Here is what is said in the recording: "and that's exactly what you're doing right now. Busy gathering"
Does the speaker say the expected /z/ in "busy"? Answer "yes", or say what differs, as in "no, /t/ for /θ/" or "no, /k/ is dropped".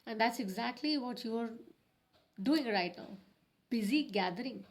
yes